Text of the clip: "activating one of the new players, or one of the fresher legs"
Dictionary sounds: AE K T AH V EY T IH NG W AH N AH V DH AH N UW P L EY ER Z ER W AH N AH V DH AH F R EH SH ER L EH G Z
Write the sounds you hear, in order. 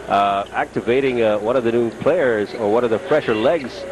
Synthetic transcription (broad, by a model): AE K T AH V EY T IH NG W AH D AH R DH AH N UW P L EY ER Z ER W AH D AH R DH AH F R EH SH ER L EH G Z